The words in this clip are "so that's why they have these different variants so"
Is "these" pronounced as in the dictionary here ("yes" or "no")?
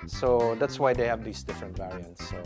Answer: no